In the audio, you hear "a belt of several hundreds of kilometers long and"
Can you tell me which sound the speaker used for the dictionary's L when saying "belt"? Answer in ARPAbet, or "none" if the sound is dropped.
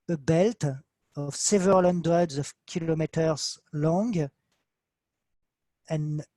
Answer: L